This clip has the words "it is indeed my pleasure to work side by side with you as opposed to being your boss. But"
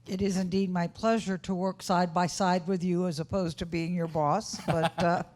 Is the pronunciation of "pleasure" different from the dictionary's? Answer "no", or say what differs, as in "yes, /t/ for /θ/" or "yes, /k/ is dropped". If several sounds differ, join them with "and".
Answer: no